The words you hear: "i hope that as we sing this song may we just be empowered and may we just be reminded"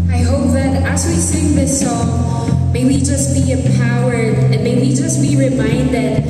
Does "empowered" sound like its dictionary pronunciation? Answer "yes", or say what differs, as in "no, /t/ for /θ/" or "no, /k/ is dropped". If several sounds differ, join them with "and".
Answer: no, /m/ is dropped